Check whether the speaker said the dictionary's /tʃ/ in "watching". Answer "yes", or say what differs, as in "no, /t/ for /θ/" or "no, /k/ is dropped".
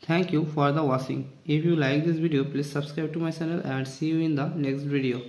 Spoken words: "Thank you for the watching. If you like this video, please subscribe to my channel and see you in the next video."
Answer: no, /s/ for /tʃ/